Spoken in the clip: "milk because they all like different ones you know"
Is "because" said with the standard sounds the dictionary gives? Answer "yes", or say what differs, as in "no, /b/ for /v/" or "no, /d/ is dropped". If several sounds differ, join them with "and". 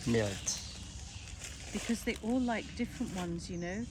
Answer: yes